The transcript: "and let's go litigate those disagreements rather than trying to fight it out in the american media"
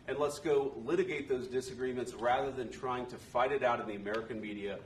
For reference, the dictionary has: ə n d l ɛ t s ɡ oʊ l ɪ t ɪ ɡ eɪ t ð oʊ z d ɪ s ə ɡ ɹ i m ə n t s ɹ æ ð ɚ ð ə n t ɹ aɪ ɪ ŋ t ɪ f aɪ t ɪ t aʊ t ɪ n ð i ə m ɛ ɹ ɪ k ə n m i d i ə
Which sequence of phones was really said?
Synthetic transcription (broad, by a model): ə n l ɛ t s ɡ oʊ l ɪ t ɪ ɡ eɪ t ð oʊ z d ɪ s ə ɡ ɹ i m ə n t s ɹ æ ð ɚ ð ə n t ɹ aɪ ɪ ŋ t ɪ f aɪ t ɪ t aʊ t ɪ n ð i ə m ɛ ɹ ɪ k ə n m i d i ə